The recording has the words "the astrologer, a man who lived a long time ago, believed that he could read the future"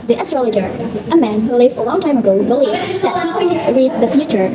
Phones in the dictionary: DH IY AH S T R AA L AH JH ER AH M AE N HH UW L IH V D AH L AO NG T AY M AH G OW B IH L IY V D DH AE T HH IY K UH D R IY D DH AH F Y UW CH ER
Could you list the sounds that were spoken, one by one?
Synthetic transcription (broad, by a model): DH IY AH S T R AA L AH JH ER AH M AE N HH UW L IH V AH L AO NG T AY M AH G OW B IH L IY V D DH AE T HH IY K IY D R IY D DH AH F Y UW CH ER